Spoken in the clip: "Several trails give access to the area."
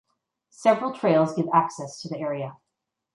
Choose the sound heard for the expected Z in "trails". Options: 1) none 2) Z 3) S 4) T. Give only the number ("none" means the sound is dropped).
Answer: 2